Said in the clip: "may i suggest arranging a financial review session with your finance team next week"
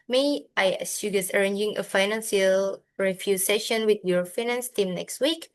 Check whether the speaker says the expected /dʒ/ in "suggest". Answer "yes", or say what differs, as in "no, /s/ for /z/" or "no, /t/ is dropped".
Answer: no, /dʒ/ is dropped